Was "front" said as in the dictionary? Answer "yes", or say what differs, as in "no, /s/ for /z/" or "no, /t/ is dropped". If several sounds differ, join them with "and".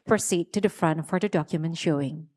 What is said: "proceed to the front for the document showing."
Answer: yes